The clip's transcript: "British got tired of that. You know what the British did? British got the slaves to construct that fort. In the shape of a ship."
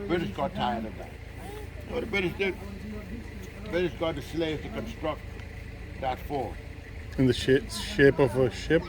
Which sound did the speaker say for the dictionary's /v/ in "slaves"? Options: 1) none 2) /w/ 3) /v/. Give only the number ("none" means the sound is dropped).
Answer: 1